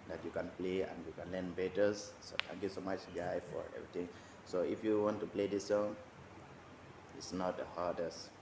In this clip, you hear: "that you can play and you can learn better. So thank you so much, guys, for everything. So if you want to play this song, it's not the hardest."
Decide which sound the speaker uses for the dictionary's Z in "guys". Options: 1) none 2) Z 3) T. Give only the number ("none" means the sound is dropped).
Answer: 1